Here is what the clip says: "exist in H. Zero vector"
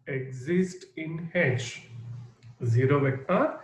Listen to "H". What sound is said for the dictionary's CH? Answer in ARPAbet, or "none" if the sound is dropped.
SH